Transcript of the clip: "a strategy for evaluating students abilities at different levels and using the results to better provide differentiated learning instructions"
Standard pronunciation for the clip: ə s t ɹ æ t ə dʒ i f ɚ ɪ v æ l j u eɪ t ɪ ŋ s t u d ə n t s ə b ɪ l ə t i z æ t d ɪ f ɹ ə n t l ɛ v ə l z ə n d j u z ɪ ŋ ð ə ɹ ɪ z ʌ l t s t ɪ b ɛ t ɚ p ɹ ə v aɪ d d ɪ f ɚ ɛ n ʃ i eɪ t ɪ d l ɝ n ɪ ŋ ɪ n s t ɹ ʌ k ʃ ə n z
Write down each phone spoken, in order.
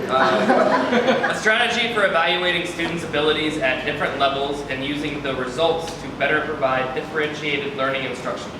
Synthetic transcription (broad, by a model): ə s t ɹ æ t ə dʒ i f ɚ ɪ v æ l j u eɪ t ɪ ŋ s t u d n t s ə b ɪ l ə t i z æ t d ɪ f ɹ ə n t l ɛ v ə l z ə n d j u z ɪ ŋ ð ə ɹ ɪ z ʌ l t s t ɪ b ɛ t ɚ p ɹ ə v aɪ d d ɪ f ɚ ɛ n ʃ i eɪ t ɪ d l ɝ n ɪ ŋ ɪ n s t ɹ ʌ k ʃ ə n